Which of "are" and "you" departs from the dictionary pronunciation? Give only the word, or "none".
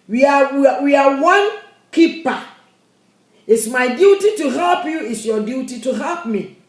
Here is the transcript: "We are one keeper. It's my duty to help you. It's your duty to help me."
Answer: are